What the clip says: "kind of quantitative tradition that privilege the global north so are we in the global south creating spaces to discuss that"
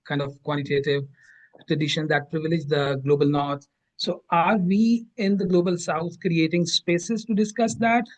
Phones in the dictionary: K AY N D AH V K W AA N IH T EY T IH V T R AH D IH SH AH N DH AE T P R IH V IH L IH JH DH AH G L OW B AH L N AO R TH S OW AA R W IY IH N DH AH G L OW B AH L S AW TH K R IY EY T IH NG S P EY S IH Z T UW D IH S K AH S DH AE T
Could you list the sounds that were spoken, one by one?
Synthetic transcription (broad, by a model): K AY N D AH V K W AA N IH T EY T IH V T R AH D IH SH AH N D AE T P R IH V IH L IH JH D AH G L OW B AH L N AO R T S OW AA R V IY IH N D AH G L OW B AH L S AW T K R IY EY T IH NG S P EY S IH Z T UW D IH S K AH S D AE T